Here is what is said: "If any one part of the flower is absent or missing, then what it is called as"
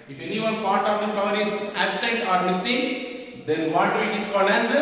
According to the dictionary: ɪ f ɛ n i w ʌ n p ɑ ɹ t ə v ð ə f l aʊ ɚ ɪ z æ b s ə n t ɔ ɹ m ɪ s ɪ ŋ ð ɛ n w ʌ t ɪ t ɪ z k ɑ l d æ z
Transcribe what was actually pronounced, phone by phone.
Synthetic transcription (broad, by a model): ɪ f ɛ n i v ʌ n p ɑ ɹ t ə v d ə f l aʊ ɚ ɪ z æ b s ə t ɔ ɹ m ɪ s ɪ ŋ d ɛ n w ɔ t ɪ t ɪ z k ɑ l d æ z